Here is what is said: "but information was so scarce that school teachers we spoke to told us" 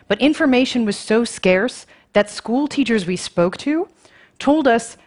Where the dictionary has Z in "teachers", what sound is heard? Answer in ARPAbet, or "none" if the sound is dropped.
Z